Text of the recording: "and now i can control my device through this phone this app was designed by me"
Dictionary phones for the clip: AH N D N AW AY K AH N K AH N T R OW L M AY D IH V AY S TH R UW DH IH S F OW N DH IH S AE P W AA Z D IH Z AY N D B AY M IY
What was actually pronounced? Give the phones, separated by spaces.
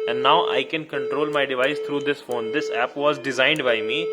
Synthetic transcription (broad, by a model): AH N D N AW AY K AH N K AH N T R OW L M AY D IH V AY S T R UW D IH S F OW N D IH S AE P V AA Z D IH Z AY N D B AY M IY